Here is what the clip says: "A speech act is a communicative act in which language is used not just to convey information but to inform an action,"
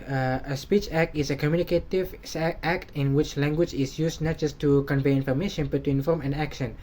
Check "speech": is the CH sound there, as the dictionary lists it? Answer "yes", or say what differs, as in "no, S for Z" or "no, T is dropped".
yes